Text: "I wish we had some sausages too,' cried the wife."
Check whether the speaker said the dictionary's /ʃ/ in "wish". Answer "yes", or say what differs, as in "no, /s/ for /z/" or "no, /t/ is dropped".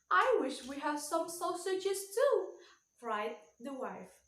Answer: yes